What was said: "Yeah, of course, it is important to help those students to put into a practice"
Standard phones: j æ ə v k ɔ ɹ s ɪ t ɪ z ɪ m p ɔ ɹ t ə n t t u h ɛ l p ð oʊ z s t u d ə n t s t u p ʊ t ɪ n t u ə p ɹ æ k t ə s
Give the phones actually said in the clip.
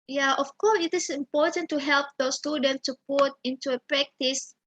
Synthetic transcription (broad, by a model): j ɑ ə f k ɔ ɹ s ɪ t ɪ s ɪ m p ɔ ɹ t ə n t t u h ɛ l p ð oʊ s t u d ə n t t u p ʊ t ɪ n t u ə p ɹ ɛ k t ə s